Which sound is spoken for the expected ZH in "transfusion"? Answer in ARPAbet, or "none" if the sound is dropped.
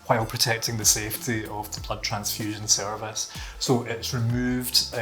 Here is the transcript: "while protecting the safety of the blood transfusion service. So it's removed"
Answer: ZH